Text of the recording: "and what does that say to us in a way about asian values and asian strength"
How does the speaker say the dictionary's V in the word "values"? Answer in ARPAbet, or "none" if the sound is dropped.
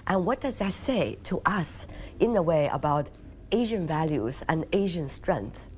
V